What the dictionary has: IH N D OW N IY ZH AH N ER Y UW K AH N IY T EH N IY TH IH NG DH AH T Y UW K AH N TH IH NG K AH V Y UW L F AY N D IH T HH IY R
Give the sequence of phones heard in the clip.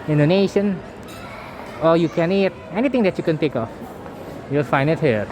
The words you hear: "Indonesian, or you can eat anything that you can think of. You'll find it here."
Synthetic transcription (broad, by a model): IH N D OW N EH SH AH N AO Y UW K AH N IY T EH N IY T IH NG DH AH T Y UW K AH N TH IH K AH F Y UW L F AY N IH T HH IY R